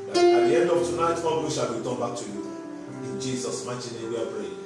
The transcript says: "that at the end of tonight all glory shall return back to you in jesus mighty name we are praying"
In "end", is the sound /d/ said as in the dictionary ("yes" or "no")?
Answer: yes